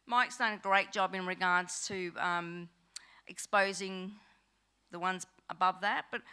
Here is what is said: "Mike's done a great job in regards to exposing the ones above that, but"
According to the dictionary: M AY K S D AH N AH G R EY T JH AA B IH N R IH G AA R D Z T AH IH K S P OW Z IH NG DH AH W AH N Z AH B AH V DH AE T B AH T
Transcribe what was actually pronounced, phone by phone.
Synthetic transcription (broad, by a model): M AY K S D AH N AH G R EY T JH AA B IH N R IH G AA R D Z T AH IH K S P OW Z IH NG DH AH W AH N Z AH B AH V DH AE T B AH T